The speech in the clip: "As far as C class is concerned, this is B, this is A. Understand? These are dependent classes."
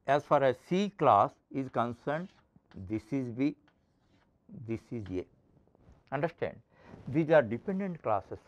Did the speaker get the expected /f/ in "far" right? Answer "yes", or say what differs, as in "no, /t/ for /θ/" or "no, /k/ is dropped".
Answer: yes